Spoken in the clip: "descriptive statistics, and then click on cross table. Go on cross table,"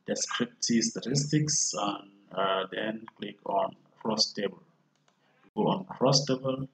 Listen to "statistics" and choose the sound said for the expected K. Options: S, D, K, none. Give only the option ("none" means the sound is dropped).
K